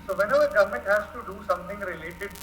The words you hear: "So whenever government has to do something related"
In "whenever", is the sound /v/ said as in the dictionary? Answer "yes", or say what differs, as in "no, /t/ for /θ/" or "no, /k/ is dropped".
no, /v/ is dropped